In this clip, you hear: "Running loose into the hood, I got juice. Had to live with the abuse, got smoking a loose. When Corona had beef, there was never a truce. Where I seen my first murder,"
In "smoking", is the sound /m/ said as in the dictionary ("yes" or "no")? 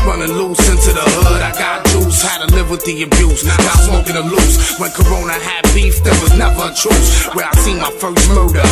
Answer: no